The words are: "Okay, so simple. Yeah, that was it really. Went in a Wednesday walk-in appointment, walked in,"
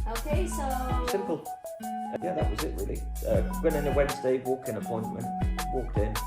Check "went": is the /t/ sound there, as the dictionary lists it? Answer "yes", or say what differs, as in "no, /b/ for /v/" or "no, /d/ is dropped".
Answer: no, /t/ is dropped